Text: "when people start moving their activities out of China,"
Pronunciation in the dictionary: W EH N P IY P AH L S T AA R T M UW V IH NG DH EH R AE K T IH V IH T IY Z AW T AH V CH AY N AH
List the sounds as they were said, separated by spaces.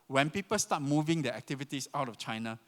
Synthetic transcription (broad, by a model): W EH N P IY P AH L S T AA T M UW V IH NG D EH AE K T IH V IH T IY S AW T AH F CH AY N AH